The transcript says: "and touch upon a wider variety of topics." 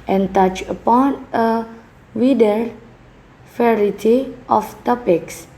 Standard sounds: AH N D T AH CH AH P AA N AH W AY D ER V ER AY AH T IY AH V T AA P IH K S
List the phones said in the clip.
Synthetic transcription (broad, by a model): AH N T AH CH AH P AA N AH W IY D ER F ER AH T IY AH F T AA P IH K S